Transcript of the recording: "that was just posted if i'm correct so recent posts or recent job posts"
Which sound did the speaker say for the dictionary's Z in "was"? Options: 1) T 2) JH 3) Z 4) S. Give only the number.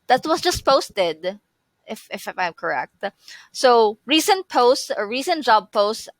4